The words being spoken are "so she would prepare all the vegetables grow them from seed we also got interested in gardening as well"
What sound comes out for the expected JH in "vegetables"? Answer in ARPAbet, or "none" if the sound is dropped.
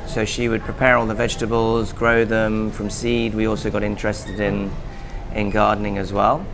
JH